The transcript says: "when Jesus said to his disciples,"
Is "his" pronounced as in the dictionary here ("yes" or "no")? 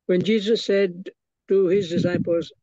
yes